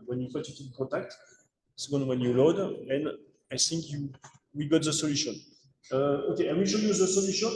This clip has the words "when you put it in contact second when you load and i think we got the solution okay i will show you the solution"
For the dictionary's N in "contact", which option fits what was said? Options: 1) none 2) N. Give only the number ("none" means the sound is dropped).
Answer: 1